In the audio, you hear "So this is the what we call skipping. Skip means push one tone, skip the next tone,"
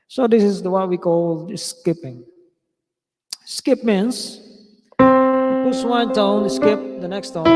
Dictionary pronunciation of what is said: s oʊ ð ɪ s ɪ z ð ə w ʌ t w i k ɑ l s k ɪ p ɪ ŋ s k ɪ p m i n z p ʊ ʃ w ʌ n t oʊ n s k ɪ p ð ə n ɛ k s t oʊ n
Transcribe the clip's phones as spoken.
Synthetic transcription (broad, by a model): s oʊ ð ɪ s ɪ z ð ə w ʌ t w i k ɑ l s k ɪ p ɪ ŋ s k ɪ p m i n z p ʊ s w ʌ n t oʊ n s k ɪ p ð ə n ɛ k s t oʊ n